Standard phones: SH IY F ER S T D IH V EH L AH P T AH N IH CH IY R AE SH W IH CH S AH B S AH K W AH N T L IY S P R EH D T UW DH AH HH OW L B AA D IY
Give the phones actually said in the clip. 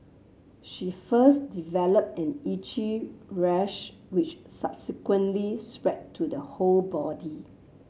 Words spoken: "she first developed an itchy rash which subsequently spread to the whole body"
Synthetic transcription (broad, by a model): SH IY F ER S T D IH V EH L AH P T AH N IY CH IY R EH SH W IH CH S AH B S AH K W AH N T L IY S P R EH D T UW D AH HH OW L B AA D IY